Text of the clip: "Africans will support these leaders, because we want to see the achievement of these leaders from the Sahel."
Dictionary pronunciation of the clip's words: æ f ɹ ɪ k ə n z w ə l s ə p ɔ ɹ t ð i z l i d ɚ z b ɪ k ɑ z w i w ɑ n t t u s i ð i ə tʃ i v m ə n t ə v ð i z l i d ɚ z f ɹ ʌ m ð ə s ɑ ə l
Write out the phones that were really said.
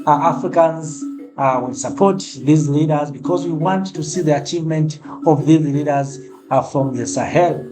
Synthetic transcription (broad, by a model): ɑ f ɹ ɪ k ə n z w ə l s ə p ɔ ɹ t ð i z l i d ɚ z b ɪ k ɑ z w i w ɑ n t t u s i ð i ə tʃ i v m ə n t ə v ð i z l i d ɚ z f ɹ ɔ m ð ə s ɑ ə l